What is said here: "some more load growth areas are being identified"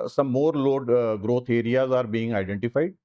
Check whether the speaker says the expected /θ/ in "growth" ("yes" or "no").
no